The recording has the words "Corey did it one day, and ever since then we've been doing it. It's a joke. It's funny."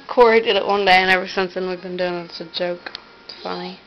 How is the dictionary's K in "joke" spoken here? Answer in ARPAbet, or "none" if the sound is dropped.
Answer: none